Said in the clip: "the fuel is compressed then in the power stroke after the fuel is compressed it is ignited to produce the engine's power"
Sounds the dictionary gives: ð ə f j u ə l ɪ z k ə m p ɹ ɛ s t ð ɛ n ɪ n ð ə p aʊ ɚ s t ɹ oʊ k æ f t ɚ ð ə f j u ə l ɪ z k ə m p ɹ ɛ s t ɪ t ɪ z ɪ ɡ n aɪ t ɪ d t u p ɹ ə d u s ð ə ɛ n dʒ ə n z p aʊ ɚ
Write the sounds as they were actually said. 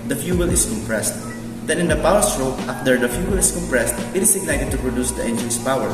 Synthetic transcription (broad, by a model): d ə f j u ə l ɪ s k ə m p ɹ ɛ s t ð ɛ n ɪ n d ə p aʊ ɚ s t ɹ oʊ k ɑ f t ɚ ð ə f j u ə l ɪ s k ə m p ɹ ɛ s t ɪ t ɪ s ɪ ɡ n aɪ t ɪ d t u p ɹ ə d u s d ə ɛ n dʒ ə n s p aʊ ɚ